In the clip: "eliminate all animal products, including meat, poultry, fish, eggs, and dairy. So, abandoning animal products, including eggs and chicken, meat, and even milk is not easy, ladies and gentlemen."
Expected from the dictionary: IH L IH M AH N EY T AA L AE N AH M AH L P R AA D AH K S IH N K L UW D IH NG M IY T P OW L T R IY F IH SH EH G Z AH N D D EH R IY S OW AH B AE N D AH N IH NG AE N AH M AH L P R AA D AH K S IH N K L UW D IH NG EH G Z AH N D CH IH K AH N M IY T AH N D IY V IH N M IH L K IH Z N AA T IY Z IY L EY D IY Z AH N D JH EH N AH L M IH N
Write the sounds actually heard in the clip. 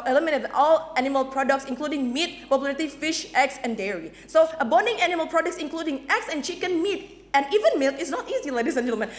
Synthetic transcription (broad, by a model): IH L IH M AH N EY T AA L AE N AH M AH L P R AA D AH K S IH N K L UW D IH NG M IY T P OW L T IY F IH SH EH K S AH N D D EH R IY S OW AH B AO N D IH NG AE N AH M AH L P R AA D AH K S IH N K L UW D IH NG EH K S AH N CH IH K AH N M IY T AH N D IY V IH N M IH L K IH S N AA T IY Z IY L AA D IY S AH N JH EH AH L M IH N